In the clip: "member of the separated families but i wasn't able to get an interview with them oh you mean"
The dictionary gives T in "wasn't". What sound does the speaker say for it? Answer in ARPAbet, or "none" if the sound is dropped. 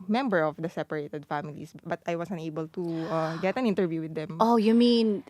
none